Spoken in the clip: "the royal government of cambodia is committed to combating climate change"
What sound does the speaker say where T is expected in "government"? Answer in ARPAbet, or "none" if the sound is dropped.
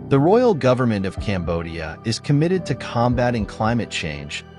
T